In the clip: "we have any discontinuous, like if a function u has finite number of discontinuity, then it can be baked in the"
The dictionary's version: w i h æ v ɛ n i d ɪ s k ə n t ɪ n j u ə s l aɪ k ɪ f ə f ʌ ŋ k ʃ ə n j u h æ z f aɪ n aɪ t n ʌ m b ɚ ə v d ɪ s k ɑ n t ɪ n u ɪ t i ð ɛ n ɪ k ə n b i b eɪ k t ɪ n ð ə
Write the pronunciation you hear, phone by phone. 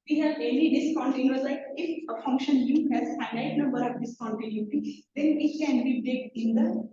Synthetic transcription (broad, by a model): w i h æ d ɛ l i d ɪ s k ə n t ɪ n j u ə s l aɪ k ɪ f ə f ʌ ŋ k ʃ ə n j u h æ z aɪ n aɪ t n ʌ m b ɚ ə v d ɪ s k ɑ n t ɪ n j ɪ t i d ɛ n ɪ k ə n b i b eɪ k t ɪ n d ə